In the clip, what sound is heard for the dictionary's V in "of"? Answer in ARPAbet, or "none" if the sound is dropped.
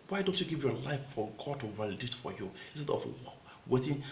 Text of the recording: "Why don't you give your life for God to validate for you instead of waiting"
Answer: W